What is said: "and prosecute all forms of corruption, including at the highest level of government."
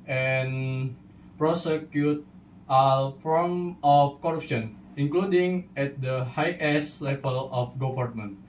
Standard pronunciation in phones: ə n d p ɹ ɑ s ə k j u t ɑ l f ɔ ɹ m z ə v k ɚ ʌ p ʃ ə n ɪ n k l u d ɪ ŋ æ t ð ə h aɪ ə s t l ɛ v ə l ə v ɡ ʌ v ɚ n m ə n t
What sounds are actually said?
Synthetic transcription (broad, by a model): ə n p ɹ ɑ s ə k j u t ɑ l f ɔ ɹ m ə f k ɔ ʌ p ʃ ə n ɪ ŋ k l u d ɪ ŋ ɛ t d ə h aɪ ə s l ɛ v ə l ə f ɡ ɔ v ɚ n m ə n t